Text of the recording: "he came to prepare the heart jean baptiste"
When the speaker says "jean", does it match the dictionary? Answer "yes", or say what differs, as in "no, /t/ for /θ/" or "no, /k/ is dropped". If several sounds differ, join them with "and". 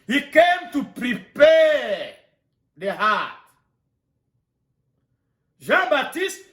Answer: no, /ʒ/ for /dʒ/